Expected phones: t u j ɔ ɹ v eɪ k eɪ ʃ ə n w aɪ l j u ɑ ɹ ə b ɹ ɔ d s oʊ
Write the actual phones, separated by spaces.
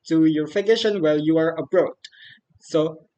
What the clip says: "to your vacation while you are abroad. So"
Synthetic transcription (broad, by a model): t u j ɔ ɹ f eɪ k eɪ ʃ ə n w aɪ l j u ɑ ɹ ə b ɹ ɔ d s oʊ